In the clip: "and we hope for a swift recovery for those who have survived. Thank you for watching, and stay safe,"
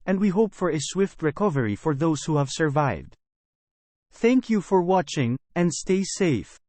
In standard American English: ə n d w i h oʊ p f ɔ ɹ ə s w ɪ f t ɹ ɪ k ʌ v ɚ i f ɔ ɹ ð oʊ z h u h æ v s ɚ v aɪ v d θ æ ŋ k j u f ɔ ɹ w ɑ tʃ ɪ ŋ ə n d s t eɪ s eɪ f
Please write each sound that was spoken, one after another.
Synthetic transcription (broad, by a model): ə n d w i h oʊ p f ɔ ɹ ə s w ɪ f t ɹ ɪ k ʌ v ɚ i f ɔ ɹ ð oʊ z h u h æ v s ɚ v aɪ v d θ æ ŋ k j u f ɔ ɹ w ɑ tʃ ɪ ŋ ə n d s t eɪ s eɪ f